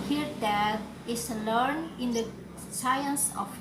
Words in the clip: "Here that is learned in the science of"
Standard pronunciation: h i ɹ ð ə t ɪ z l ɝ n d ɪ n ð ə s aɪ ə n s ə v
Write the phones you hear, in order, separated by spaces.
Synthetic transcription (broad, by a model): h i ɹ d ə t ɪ s l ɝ n ɪ n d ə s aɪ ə n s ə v